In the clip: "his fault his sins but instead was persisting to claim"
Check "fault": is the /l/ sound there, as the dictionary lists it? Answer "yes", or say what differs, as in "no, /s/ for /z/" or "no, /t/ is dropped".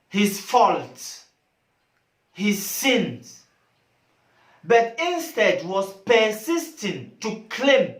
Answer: yes